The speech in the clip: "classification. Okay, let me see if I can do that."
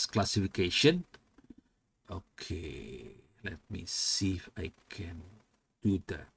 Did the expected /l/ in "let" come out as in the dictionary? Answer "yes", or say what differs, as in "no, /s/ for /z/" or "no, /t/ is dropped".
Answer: yes